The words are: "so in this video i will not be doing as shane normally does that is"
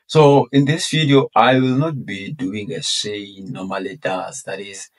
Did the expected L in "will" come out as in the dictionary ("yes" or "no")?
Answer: yes